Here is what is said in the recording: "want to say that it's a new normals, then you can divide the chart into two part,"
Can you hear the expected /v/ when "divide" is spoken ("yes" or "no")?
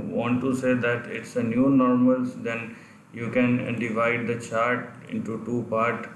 yes